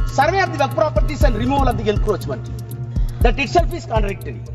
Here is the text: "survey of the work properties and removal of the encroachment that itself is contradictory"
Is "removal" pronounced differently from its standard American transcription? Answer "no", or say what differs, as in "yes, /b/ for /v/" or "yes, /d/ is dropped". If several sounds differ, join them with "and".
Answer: no